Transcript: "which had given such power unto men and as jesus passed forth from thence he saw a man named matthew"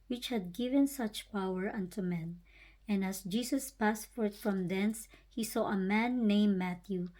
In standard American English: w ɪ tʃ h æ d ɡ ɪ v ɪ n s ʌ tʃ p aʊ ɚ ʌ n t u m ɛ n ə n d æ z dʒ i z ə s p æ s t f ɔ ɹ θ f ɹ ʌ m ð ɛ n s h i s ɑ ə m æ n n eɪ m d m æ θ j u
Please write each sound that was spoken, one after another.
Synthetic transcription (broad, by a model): w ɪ tʃ h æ d ɡ ɪ v ɪ n s ʌ tʃ p aʊ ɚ ʌ n t u m ɛ n ə n d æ s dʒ i s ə s p æ s t f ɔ ɹ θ f ɹ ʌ m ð ɛ n s h i s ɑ ə m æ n n eɪ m m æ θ j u